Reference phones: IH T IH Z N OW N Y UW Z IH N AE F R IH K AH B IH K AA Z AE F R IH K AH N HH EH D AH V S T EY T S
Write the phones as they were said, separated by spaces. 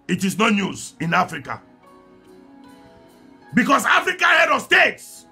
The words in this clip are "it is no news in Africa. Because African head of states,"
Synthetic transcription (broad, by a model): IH T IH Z N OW N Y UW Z IH N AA F R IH K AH B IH K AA S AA F R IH K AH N HH EH D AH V S T EY T S